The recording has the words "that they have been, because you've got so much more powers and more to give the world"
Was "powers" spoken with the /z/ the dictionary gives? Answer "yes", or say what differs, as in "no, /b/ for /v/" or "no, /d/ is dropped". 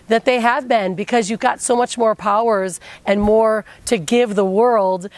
yes